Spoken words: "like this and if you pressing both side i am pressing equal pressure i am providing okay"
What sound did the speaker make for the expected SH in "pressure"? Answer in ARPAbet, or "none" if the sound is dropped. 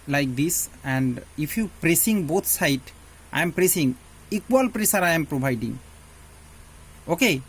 S